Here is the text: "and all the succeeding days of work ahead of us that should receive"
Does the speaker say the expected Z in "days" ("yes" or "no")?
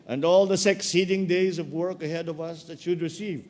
yes